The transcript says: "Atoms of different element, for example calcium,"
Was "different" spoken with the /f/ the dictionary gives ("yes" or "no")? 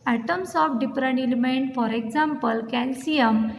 no